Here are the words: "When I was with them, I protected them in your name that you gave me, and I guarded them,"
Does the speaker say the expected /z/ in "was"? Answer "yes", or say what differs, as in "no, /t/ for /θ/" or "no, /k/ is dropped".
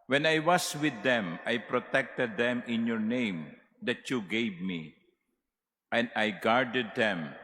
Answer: no, /s/ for /z/